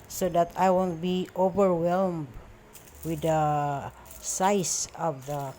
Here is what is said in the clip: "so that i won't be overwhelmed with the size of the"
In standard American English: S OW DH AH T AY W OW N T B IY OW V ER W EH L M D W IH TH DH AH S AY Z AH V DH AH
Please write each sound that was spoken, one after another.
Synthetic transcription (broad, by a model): S OW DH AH T AY W OW N T B IY OW V ER W EH L M D W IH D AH S AY S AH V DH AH